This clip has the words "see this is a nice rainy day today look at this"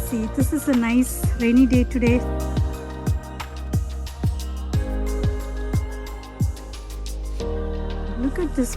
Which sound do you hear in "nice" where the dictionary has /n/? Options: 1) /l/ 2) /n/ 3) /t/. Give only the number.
2